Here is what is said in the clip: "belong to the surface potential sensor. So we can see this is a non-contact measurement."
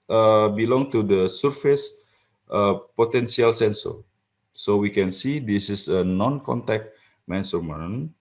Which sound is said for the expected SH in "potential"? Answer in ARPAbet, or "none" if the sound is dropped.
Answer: S